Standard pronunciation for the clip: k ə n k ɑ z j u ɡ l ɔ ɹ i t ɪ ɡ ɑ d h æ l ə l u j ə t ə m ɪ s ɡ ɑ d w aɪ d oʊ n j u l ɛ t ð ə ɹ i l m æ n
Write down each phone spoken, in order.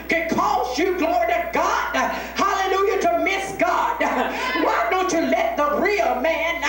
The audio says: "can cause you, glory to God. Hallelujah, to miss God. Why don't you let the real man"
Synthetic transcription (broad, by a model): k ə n k ɑ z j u ɡ l ɔ ɹ i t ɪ ɡ ɑ d h æ l ə l u j ə t ə m ɪ s ɡ ɑ d w aɪ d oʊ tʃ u l ɛ t ð ə ɹ i l m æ n